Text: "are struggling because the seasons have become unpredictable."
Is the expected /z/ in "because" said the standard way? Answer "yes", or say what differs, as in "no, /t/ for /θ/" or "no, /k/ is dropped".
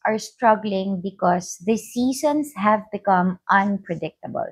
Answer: no, /s/ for /z/